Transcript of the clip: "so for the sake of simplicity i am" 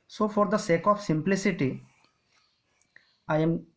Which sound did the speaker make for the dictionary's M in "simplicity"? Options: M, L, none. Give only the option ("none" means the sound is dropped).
M